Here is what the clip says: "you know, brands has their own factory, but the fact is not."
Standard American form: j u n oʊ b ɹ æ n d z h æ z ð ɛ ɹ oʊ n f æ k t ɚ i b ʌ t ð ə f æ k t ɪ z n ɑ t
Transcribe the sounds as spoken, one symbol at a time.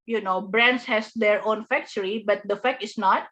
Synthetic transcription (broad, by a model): j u n oʊ b ɹ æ n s h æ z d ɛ ɹ oʊ n f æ k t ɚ i b ʌ t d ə f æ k ɪ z n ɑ t